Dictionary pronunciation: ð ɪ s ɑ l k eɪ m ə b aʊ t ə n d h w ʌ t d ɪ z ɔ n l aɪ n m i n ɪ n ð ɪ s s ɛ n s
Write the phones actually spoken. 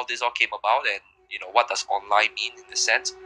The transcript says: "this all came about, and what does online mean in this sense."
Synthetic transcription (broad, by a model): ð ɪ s ɑ l k eɪ m ə b aʊ t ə n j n w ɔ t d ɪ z ɔ n l aɪ n m i n ɪ n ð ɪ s s ɛ n s